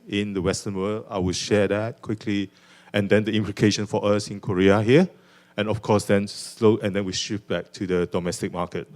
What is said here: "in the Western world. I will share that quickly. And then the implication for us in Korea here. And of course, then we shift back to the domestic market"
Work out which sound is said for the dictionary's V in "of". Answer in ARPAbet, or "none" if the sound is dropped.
F